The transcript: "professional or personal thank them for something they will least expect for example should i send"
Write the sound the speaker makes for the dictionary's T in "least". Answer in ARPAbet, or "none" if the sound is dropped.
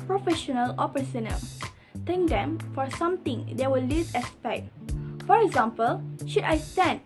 none